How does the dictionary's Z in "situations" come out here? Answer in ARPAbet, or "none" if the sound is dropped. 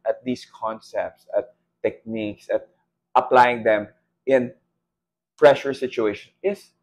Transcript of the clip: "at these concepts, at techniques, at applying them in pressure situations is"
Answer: none